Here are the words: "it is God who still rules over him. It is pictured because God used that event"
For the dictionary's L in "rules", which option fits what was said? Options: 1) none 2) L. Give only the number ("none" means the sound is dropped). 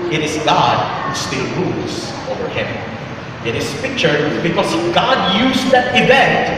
2